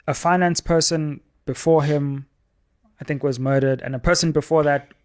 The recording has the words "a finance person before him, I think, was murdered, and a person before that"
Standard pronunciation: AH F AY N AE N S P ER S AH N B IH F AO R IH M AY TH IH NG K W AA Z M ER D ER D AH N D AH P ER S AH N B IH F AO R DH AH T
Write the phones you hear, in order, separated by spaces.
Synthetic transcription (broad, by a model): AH F AY N AE N S P ER S AH N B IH F AO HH IH M AY TH IH NG K W AA Z M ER D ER D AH N AH P ER S AH N B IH F AO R DH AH T